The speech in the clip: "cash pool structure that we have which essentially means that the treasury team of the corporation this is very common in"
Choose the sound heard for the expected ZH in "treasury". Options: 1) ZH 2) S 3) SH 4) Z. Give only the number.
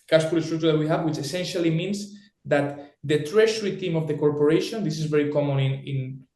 3